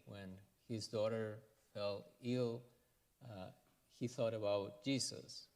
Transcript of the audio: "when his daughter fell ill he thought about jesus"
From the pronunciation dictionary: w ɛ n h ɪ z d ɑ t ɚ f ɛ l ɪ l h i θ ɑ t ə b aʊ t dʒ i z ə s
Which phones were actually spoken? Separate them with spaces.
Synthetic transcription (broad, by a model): w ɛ n h ɪ z d ɑ t ɚ f ɛ l ɪ l h i θ ɑ t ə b aʊ t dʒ i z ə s